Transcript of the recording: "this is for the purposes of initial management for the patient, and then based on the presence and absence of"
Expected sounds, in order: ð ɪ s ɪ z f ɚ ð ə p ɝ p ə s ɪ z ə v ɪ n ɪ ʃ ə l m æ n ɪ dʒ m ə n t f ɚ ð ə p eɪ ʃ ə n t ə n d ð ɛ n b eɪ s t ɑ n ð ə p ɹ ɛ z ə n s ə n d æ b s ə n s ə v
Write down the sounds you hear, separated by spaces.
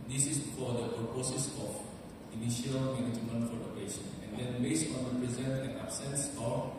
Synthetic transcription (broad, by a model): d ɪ s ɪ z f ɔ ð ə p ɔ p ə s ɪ s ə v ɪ n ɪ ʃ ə l m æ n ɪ dʒ m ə n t f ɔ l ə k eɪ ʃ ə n ə n d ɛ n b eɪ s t ɑ n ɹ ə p ɹ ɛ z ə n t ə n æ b s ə n s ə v